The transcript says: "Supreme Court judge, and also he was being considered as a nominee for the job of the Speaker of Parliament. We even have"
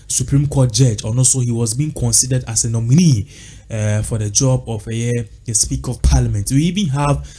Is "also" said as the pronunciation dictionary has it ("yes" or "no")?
no